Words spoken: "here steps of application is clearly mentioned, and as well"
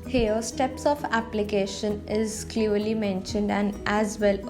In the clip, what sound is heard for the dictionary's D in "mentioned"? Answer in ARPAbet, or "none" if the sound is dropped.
D